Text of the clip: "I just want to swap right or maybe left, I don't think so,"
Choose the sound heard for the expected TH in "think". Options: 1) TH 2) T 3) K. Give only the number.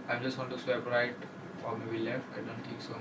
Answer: 2